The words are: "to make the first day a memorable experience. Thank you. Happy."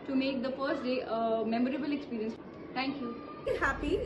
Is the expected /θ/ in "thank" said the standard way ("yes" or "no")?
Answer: no